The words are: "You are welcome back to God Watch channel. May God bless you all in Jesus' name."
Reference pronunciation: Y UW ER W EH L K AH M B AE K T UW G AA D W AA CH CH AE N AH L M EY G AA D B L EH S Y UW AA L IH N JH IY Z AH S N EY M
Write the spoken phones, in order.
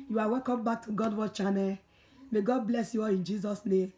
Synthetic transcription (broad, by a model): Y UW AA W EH K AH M B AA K T UW G AA D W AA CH CH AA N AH M EY G AA D B L EH S Y UW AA IH N JH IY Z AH S N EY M